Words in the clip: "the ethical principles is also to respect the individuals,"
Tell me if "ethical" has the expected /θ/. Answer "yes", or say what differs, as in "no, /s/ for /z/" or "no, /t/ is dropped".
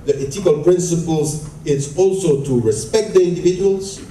no, /t/ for /θ/